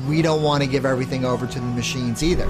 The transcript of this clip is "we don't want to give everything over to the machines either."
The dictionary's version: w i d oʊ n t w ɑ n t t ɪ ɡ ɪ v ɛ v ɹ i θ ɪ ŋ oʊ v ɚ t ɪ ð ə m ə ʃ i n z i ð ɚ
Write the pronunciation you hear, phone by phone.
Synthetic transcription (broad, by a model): w i d oʊ n t w ɑ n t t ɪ ɡ ɪ v ɛ v ɹ i θ ɪ ŋ oʊ v ɚ t ɪ ð ə m ə ʃ i n z i ð ɚ